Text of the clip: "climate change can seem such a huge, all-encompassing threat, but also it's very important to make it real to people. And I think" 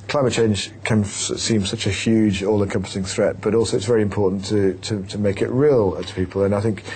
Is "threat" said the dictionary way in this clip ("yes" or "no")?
yes